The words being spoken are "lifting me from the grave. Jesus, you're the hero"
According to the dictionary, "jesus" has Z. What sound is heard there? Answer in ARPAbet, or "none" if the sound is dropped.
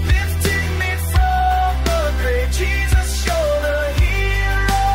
Z